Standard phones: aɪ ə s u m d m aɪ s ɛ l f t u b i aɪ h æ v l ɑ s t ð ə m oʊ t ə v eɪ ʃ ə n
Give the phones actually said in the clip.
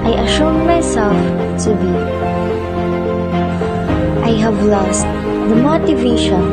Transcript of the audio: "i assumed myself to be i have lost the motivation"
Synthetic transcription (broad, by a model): aɪ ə ʃ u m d m aɪ s ɛ l f t u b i aɪ h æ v l ɑ s t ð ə m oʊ t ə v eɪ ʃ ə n